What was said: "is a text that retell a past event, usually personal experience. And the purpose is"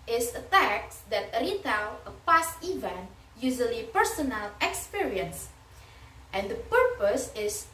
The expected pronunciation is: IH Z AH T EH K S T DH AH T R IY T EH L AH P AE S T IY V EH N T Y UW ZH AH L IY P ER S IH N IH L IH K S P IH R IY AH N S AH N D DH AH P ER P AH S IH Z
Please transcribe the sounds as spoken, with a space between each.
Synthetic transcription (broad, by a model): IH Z AH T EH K T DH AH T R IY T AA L AH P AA S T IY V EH N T Y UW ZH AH L IY P ER S IH N IH L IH K S P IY R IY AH N S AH N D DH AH P ER P AH S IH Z